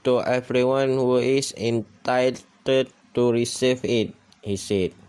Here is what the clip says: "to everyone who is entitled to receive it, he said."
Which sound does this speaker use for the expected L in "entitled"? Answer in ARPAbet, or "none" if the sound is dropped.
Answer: none